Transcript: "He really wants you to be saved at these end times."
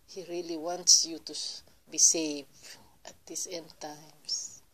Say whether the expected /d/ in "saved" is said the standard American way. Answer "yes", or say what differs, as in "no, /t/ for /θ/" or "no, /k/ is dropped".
no, /d/ is dropped